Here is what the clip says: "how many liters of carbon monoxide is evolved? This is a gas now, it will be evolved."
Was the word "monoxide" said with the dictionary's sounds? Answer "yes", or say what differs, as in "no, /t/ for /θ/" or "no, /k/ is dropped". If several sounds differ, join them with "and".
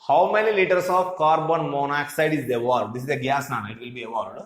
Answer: yes